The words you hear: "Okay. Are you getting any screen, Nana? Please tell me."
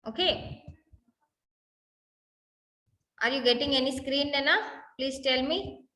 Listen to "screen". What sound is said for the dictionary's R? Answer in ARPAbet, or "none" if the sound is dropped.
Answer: R